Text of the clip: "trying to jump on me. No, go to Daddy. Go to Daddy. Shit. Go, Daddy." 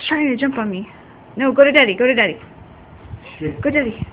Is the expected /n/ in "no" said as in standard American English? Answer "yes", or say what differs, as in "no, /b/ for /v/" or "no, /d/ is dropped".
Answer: yes